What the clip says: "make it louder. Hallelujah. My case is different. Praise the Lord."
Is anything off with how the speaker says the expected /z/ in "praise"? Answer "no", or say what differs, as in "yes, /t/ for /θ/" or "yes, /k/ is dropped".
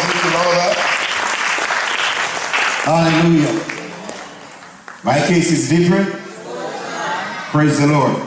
no